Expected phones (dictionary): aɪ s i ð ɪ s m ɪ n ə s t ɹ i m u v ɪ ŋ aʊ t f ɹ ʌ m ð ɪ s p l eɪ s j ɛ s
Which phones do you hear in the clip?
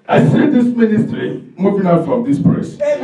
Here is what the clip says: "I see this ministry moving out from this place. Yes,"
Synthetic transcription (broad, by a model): aɪ s i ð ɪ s m ɪ n ə s t ɹ i m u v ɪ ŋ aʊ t f ɹ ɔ m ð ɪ s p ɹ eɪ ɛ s